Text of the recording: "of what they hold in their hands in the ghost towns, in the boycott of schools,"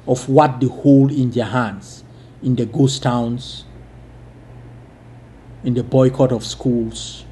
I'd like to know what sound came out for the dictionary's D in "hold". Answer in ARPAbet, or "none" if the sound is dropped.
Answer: none